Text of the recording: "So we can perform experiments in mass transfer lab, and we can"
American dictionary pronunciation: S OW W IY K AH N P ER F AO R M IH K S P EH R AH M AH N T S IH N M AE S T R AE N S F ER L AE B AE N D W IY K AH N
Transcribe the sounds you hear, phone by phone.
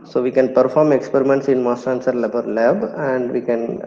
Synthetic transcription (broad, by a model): S OW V IY K AH N P ER F AO R M IH K S P EH R AH M AH N T S IH N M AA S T AE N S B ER L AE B AE N D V IY K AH N